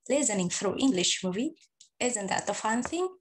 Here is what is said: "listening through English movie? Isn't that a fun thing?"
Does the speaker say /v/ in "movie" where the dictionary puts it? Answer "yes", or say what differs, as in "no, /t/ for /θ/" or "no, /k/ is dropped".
yes